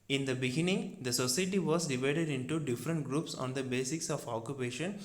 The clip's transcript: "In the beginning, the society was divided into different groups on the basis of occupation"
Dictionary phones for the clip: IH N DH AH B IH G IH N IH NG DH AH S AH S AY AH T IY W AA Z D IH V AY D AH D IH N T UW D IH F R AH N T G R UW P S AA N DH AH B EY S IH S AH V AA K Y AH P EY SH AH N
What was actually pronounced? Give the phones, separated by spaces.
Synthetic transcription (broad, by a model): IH N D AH B IH G IH N IH NG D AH S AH S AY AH T IY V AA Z D IH V AY D AH D IH N T UW D IH F R AH N T G R UW P S AA N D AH B EY S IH S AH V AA K Y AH P EY SH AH N